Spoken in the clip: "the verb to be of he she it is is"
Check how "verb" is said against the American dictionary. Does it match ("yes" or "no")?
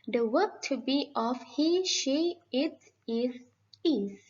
no